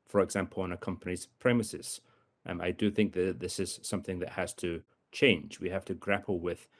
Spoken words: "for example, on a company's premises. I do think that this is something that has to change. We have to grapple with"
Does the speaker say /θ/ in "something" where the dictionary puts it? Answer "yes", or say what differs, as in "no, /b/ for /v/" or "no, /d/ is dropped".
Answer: yes